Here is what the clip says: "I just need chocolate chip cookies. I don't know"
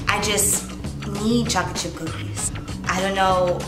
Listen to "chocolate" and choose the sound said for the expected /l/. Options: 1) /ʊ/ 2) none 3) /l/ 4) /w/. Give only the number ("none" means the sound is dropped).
2